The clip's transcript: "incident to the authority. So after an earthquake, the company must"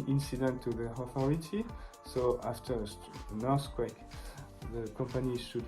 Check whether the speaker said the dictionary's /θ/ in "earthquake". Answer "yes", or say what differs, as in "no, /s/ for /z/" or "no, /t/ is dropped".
no, /s/ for /θ/